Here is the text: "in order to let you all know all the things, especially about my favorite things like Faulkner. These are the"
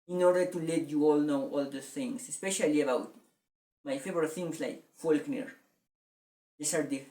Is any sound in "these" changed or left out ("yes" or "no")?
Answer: yes